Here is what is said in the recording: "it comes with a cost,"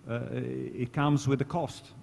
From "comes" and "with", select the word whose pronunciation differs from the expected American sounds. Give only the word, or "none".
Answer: none